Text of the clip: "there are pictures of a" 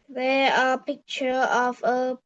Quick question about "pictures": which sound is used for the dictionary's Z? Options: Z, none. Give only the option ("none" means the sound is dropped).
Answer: none